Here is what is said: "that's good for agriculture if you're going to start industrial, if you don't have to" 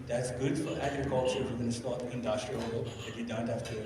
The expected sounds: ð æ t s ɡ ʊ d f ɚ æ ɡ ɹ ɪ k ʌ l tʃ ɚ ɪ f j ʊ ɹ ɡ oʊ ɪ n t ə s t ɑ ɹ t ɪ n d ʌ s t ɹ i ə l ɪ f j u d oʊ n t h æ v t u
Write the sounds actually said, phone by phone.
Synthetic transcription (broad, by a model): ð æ t s ɡ ʊ d f ɚ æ ɡ ɹ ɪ k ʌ l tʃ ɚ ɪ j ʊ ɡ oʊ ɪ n s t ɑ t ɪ n d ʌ s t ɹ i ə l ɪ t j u d oʊ n t h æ f t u